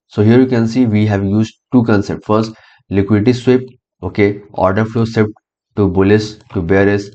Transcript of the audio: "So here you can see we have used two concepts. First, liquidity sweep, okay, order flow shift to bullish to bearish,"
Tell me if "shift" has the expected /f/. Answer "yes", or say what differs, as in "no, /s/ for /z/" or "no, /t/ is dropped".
no, /p/ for /f/